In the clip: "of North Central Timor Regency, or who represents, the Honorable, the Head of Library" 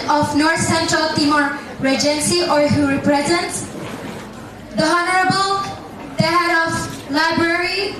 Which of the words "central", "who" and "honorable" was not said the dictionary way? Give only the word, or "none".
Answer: none